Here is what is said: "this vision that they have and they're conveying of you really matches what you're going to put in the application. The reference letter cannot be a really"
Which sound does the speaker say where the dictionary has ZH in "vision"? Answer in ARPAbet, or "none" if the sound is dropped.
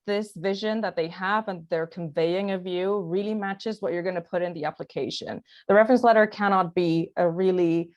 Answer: ZH